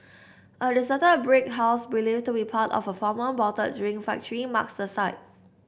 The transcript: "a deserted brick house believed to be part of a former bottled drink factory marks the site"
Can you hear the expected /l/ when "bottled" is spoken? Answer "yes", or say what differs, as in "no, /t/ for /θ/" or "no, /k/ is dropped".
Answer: no, /l/ is dropped